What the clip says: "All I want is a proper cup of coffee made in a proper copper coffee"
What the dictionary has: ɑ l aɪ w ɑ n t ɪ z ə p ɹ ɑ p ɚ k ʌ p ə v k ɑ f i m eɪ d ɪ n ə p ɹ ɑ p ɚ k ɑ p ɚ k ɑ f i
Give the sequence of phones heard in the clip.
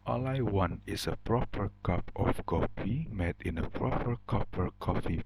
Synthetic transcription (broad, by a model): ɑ l aɪ w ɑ n ɪ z ə p ɹ ɑ p ɚ k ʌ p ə f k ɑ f i m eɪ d ɪ n ə p ɹ ɑ p ɚ k ɑ p ɚ k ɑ f i